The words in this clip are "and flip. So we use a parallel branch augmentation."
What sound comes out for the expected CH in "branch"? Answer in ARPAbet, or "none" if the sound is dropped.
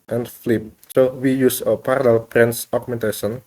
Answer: S